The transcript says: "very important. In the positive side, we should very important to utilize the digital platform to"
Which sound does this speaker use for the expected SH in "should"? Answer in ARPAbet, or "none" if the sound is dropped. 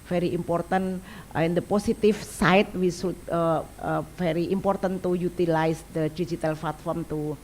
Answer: S